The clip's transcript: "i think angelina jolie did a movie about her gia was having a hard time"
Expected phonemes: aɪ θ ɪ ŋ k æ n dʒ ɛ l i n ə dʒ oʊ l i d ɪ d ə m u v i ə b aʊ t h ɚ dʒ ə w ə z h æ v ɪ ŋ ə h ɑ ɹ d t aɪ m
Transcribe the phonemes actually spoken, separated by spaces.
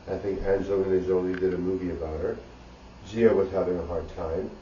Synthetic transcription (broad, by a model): aɪ θ ɪ ŋ k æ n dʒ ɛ ɪ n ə z oʊ l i d ɪ d ə m u v i ə b aʊ t h ɚ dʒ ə w ə z h æ v ɪ ŋ ə h ɑ ɹ d t aɪ m